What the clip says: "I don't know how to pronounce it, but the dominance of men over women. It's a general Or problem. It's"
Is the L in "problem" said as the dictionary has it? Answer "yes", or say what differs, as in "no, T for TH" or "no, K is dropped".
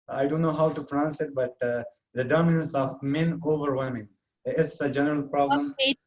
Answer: no, L is dropped